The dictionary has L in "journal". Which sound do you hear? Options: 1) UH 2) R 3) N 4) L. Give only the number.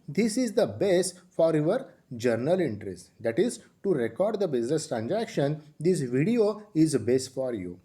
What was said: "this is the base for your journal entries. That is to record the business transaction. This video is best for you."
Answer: 4